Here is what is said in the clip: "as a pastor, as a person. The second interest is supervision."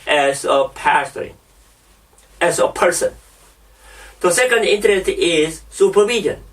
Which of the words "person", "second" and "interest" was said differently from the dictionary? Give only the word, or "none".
none